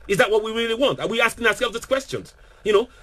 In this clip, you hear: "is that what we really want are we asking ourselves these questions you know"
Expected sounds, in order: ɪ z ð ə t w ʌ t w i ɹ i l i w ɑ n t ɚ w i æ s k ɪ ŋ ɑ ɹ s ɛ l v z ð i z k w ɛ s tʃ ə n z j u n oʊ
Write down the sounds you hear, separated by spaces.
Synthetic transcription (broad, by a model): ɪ z ð ə t w ʌ t w i ɹ i l i w ɑ n t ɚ w i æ s k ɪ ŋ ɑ s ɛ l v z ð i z k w ɛ s tʃ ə n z j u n oʊ